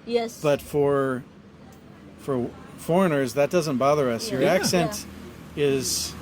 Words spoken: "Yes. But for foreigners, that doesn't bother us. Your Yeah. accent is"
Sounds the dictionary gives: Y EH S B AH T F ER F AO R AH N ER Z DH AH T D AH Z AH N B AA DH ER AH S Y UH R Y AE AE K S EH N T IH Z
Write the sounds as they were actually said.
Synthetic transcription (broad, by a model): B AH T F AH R F ER F AO R AH N ER Z DH AH T D AH Z AH N B AA DH ER AH S Y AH R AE AE K S EH N T IH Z